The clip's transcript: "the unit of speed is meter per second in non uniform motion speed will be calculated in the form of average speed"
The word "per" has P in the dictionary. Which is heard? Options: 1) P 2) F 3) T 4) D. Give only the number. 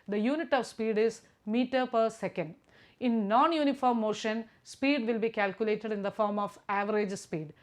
1